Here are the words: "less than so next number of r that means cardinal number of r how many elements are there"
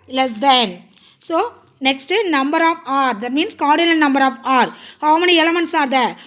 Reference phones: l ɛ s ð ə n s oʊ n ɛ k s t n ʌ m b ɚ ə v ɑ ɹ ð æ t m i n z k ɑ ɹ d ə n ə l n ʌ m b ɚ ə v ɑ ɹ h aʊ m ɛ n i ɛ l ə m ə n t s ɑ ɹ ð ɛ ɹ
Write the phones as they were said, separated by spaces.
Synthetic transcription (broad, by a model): l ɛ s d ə n s oʊ n ɛ k s t n ʌ m b ɚ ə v ɑ ɹ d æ t m i n s k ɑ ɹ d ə l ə n n ʌ m b ɚ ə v ɑ ɹ h aʊ m ɛ n i ɛ l ə m ə n t s ɑ ɹ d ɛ